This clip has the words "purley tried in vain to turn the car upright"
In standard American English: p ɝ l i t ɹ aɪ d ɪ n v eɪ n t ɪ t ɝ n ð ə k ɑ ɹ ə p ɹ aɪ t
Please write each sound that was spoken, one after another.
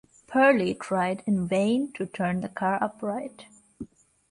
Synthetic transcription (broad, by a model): p ɝ l i t ɹ aɪ d ɪ n v eɪ n t ɪ t ɝ n ð ə k ɑ ɹ ə p ɹ aɪ t